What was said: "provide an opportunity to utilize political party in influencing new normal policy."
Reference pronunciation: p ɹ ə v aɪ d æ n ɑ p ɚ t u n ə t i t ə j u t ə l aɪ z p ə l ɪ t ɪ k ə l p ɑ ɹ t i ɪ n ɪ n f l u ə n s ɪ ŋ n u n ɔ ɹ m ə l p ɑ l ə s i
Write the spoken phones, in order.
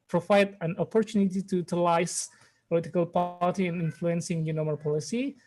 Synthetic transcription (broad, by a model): p ɹ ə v aɪ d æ n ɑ p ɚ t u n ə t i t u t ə l aɪ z p ə l ɪ t ɪ k ə l p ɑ l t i ɪ n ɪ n f l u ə n s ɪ ŋ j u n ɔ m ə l p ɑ l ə s i